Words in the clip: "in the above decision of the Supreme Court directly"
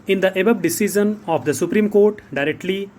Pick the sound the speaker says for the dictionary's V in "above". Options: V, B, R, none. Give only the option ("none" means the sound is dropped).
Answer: B